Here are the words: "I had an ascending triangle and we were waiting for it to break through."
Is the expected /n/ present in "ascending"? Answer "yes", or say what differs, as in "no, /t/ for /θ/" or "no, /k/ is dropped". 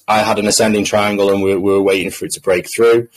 yes